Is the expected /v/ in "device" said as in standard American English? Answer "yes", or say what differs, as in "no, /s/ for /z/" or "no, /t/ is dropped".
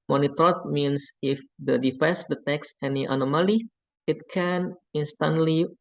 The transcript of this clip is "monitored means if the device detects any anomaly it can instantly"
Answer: no, /f/ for /v/